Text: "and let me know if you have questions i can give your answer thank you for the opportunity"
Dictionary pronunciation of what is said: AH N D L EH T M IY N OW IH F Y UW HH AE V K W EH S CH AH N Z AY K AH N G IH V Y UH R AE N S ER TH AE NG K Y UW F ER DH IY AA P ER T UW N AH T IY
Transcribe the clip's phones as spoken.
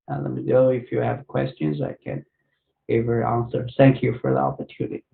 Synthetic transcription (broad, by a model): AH L EH T M IY N OW IH F Y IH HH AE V K W EH S CH AH N Z AY K AH N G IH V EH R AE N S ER TH AE NG K Y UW F ER DH IY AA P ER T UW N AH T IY